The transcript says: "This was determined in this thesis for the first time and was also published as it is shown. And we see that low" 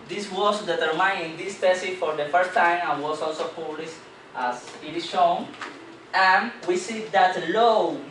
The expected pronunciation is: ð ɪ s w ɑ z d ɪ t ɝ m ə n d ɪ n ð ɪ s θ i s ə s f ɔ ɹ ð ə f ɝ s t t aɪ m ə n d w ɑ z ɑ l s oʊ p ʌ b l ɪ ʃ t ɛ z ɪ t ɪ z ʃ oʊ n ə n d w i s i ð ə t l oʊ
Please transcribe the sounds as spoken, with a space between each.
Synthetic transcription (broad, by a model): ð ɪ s w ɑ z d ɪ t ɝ m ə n ɪ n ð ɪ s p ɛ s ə f ɔ ɹ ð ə f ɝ s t t aɪ m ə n w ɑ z ɑ l s oʊ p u l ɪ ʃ t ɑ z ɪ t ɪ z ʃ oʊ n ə n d w i s i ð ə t l oʊ